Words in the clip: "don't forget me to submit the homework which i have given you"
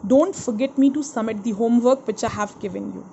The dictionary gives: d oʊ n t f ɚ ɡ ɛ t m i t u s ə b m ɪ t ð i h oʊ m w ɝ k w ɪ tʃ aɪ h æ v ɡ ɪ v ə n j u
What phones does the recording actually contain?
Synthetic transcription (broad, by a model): d oʊ n t f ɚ ɡ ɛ t m i t u s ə m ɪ t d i h oʊ m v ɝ k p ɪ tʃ aɪ h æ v ɡ ɪ v ə n j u